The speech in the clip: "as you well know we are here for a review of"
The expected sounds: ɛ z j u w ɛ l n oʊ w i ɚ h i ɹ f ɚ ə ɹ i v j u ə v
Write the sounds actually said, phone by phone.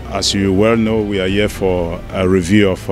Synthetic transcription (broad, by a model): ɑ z j u w ɛ l n oʊ w i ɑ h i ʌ f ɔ ə ɹ i v j u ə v